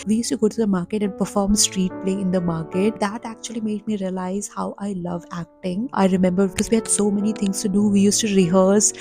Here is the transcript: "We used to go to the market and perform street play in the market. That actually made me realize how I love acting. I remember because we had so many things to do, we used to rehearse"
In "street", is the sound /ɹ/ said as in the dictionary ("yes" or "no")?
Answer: yes